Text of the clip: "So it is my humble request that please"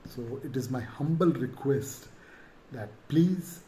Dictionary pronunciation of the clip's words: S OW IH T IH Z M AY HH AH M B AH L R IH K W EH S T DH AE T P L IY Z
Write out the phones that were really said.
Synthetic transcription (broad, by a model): S OW IH T IH Z M AY HH AH M B AH L R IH K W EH S T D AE T P L IY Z